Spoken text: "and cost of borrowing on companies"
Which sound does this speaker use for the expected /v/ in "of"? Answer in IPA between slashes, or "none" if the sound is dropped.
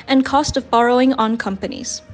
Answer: /v/